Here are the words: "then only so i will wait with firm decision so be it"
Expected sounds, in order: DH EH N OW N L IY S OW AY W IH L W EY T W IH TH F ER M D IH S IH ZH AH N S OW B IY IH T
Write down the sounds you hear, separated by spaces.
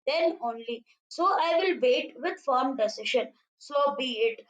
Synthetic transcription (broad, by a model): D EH N OW N L IY S OW AY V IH L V EY T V IH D F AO M D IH S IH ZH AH N S OW B IY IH T